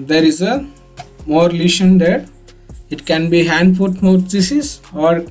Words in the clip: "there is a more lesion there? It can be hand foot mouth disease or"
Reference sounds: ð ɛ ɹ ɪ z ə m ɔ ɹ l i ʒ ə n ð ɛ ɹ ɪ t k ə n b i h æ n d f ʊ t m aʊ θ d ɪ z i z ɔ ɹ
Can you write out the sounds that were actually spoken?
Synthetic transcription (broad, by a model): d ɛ ɹ ɪ z ə m ɔ ɹ l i ʃ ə n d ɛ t ɪ t k ə n b i h æ n d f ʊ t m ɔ t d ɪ s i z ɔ ɹ